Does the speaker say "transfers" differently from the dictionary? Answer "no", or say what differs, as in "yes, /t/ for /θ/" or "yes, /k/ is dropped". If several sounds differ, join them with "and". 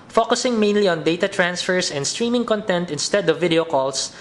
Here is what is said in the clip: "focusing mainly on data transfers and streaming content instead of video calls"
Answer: yes, /s/ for /z/